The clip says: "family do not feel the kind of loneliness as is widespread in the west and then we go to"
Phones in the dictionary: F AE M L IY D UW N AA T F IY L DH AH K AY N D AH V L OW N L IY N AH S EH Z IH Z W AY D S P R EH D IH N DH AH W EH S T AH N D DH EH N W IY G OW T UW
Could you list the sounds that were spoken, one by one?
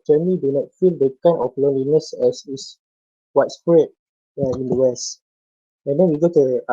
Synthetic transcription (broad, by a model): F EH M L IY D UW N AA T F IY L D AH K AY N AH F L OW N L IY N AH S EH S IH S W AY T S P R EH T IH N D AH W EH S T AH N D EH N W IY G OW T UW